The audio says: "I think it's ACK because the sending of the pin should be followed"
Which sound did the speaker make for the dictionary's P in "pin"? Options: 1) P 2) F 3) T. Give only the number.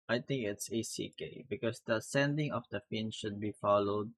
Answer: 2